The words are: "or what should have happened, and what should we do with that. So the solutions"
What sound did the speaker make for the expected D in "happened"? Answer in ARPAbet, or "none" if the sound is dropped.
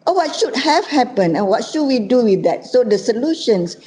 none